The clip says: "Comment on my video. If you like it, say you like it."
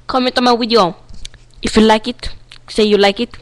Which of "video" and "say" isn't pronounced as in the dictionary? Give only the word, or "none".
video